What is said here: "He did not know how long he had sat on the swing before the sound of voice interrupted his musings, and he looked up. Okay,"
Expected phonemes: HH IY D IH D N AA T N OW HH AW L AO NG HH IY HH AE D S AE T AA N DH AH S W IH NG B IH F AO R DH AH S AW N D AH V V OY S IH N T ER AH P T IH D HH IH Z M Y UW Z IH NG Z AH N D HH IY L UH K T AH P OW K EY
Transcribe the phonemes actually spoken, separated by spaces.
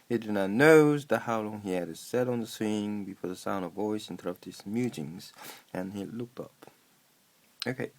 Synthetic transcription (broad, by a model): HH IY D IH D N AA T N OW HH AW L AO NG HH IY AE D S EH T N DH AH S W IH NG B IH F AO R DH AH S AW N D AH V V OY S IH N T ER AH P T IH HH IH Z M Y UW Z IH NG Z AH N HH IY L UH K T AH P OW K EY